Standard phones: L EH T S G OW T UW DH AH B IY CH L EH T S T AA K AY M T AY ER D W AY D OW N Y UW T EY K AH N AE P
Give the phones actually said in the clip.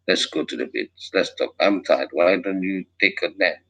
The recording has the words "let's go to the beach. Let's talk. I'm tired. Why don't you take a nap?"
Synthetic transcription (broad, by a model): L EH T S G OW T UW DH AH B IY S L EH T S T AA K AY M T AY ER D W AY D OW N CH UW T EY K AH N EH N